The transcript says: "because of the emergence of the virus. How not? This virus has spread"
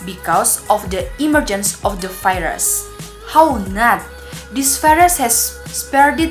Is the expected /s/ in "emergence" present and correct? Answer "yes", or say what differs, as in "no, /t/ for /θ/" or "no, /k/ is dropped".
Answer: yes